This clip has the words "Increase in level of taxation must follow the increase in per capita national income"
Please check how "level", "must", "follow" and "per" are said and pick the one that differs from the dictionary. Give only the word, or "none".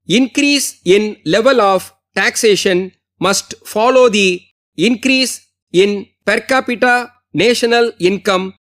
none